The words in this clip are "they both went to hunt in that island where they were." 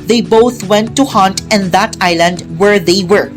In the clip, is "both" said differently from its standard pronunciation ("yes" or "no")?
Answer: yes